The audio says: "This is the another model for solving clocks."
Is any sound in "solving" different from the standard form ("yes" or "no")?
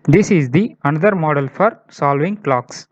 no